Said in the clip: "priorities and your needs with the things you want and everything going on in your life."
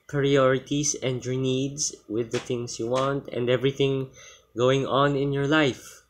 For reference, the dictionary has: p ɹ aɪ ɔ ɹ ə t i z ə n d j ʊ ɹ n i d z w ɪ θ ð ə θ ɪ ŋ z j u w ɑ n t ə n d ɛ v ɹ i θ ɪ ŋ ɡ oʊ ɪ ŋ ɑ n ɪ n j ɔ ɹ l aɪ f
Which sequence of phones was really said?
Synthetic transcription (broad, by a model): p ɹ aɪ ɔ ɹ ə t i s ə n d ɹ n i d s w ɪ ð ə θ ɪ ŋ s j u w ɑ n t ə n d ɛ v ɹ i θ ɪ ŋ ɡ oʊ ɪ ŋ ɑ n ɪ n j ɔ ɹ l aɪ f